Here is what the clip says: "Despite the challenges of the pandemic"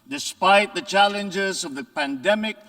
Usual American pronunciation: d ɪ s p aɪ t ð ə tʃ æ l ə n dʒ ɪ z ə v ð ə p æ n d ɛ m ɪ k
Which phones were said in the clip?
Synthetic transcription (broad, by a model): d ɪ s p aɪ t ð ə tʃ æ l ə n dʒ ɪ z ə v ð ə p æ n d ɛ m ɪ k